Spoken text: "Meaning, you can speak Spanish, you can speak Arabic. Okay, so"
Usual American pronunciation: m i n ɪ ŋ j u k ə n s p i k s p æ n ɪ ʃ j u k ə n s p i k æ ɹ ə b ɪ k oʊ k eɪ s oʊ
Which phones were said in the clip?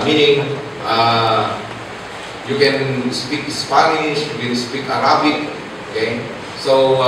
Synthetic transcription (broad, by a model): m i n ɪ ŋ j u k ə n s p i k s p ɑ n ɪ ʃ j u k ə n s p i k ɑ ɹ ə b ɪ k oʊ k eɪ s oʊ